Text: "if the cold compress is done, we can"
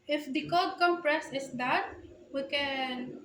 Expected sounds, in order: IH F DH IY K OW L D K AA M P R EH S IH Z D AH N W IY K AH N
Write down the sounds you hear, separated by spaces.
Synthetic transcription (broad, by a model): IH F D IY K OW D K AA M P R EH S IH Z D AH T W IY K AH N